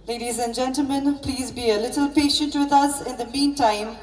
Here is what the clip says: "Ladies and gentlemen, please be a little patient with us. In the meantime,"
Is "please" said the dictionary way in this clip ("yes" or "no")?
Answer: yes